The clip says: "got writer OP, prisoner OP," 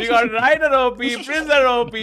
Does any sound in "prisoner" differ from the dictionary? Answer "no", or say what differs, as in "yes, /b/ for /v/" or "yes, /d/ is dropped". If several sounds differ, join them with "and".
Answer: yes, /n/ is dropped